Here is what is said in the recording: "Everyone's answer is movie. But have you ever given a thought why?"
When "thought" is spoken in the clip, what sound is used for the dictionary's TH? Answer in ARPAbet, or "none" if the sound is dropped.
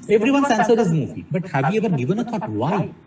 T